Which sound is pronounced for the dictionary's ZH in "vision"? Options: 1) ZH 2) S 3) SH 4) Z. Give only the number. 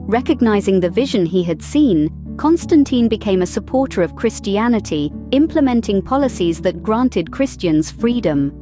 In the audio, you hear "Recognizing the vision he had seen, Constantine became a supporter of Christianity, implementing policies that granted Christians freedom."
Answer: 1